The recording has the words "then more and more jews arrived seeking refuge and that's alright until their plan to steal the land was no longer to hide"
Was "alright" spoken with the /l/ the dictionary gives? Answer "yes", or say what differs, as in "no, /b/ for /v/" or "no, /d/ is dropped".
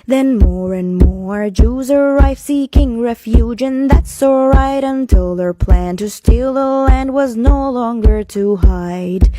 no, /l/ is dropped